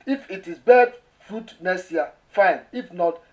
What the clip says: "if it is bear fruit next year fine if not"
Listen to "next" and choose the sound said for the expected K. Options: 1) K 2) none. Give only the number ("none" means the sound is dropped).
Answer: 2